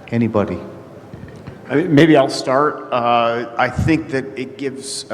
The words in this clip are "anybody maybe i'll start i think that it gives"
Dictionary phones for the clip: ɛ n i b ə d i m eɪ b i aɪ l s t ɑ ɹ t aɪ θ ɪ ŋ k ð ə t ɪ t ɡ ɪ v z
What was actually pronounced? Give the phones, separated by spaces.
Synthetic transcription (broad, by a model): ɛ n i b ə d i m eɪ b i aɪ l s t ɑ ɹ t aɪ θ ɪ ŋ k ð ə t ɪ t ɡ ɪ v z